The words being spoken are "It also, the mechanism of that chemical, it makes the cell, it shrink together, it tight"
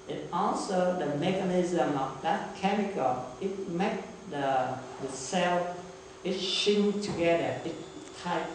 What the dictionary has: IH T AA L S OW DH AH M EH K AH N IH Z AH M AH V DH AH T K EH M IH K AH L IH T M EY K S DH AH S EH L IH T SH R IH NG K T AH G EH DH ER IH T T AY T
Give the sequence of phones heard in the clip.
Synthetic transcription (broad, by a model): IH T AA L S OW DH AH M EH K AH N IH Z AH M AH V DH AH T K EH M IH K AH L IH T M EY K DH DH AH S EH L IH T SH IH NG T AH G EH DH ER IH T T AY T